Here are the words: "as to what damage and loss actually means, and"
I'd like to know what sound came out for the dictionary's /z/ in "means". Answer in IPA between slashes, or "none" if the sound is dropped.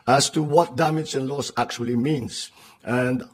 /s/